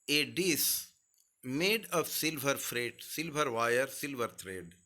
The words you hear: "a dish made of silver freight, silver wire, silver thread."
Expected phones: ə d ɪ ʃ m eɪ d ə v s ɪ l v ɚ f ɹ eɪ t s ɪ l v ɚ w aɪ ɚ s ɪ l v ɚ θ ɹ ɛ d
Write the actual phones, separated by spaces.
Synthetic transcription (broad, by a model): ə d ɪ s m eɪ d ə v s ɪ l v ɚ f ɹ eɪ t s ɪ l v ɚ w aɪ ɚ s ɪ l v ɚ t ɹ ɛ d